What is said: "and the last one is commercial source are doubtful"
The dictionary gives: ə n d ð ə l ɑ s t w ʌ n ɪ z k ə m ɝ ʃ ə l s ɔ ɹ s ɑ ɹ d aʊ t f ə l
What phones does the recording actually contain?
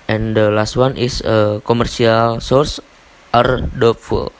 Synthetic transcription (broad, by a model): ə n d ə l ɑ s t w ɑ n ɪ s k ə m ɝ s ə l s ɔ ɹ s ɑ ɹ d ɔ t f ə l